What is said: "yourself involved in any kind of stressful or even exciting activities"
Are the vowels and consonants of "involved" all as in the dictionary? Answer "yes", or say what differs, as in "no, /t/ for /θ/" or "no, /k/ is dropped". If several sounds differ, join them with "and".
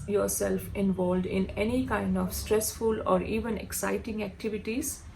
yes